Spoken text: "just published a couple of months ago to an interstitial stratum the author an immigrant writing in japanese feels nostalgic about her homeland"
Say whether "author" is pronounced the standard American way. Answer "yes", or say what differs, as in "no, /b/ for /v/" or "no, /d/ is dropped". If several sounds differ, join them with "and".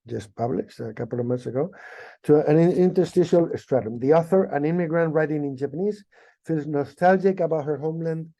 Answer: yes